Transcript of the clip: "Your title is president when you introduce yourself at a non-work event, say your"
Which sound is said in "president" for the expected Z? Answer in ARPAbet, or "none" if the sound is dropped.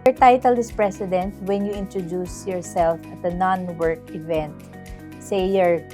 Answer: S